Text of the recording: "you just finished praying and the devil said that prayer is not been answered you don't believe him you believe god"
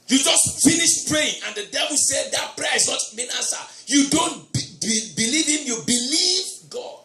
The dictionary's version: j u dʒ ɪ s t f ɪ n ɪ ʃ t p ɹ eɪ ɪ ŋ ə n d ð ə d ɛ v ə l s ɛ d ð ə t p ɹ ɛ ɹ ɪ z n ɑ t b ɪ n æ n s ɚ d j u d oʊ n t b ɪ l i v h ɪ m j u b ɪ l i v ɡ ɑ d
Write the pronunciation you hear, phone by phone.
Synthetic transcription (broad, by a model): j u dʒ ɪ s t f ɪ n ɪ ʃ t p ɹ eɪ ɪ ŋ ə n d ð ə d ɛ v ə l s ɛ d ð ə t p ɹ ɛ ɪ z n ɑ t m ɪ n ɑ s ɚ j u d oʊ n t b ɪ l i v h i m j u b ɪ l i v ɡ ɑ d